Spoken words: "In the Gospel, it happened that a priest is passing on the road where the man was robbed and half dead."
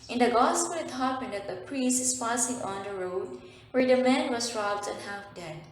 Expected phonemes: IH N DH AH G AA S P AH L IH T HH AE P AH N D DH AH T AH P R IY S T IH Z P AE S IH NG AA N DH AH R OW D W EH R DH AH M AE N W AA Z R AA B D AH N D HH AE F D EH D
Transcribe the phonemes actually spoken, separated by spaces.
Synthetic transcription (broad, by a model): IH N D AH G AA S P AH L IH T HH AE P AH N D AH T AH P R IY S T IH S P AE S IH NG AA N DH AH R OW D W EH R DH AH M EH N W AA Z R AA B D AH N HH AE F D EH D